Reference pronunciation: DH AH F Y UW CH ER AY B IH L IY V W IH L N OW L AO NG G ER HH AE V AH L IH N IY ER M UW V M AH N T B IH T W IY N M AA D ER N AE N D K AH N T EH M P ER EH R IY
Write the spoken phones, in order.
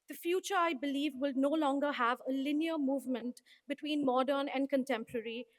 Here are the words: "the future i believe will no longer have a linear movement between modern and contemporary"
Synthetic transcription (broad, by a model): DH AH F Y UW CH ER AY B IH L IY V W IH L N OW L AO NG G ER HH AE V AH L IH N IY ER M UW V M AH N T B IH T W IY N M AA D ER N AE N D K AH N T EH M P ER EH R IY